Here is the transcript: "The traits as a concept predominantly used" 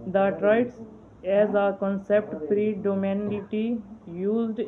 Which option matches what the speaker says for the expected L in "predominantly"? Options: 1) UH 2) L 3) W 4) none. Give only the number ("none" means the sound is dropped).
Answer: 4